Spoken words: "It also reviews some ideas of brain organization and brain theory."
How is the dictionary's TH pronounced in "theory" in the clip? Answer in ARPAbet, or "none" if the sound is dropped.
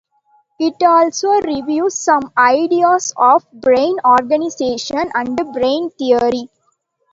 T